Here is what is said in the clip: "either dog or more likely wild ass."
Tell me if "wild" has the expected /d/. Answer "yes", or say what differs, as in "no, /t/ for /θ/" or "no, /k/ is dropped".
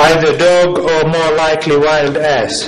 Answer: yes